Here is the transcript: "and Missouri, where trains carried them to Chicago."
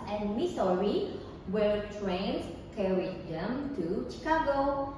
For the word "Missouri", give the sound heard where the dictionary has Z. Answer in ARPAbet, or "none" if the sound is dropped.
S